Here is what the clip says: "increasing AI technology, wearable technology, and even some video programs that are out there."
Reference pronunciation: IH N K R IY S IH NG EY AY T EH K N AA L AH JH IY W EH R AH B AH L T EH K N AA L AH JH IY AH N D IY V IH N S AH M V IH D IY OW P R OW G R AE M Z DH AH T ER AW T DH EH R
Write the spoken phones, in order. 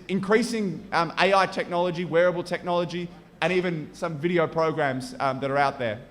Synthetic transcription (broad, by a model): IH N K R IY S IH NG EY AY T EH K N AA L AH JH IY W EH R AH B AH L T EH K N AA L AH JH IY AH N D IY V IH N S AH M V IH D IY OW P R OW G R AE M Z DH AH T ER AW T DH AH R